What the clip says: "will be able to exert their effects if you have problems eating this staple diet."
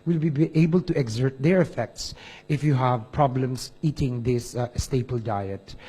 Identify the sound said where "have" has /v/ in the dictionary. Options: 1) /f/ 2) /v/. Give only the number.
2